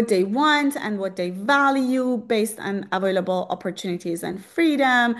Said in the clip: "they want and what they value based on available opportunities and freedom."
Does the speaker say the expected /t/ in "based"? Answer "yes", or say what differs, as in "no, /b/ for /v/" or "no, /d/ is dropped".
yes